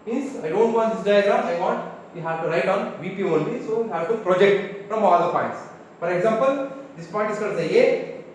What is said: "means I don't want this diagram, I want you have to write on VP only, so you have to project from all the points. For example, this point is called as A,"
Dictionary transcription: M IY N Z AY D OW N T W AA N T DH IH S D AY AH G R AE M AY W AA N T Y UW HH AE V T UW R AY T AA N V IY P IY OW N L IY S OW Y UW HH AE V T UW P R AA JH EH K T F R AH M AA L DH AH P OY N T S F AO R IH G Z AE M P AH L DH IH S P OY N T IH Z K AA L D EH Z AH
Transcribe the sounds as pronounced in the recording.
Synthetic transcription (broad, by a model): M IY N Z AY D OW N T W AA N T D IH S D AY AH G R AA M AY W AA N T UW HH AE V T UW R AY T AA N V IY P IY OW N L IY S OW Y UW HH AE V T UW P R AA JH EH K T F R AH M AA L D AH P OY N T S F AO R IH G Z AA M P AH L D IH S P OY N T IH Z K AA D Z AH